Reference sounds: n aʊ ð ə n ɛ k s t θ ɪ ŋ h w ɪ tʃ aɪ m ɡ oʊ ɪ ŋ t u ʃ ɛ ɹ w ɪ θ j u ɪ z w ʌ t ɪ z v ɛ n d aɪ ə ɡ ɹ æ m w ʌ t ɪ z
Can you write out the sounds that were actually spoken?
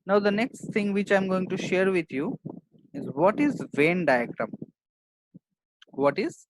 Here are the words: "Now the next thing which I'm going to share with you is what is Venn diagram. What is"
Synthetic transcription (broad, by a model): n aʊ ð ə n ɛ k s t t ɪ ŋ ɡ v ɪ tʃ aɪ m ɡ oʊ ɪ ŋ t u ʃ ɛ ɹ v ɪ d j u ɪ z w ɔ t ɪ z v ɛ n d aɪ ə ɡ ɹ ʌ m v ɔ t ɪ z